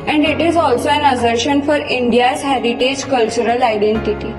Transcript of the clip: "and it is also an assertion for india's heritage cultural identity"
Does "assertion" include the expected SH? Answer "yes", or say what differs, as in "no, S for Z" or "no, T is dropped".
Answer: yes